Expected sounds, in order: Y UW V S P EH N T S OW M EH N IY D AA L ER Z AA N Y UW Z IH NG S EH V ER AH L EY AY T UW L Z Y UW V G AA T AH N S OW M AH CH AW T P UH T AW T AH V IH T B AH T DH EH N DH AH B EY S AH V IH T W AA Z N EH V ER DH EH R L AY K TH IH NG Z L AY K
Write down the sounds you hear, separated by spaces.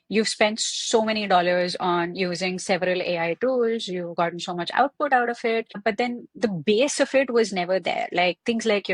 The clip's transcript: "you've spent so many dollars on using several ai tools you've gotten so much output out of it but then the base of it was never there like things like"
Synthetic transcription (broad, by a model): Y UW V S P EH N T S OW M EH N IY D AA L ER Z AA N Y UW Z IH NG S EH V ER AH L EY AY T UW L Z Y UW V G AA T AH N S OW M AH CH AW T P UH T AW T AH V IH T B AH T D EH N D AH B EY S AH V IH T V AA Z N EH V ER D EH R L AY K T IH NG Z L AY K